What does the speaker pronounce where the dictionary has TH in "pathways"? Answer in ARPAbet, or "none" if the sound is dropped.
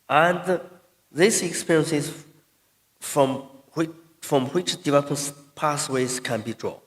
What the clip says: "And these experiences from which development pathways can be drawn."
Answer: S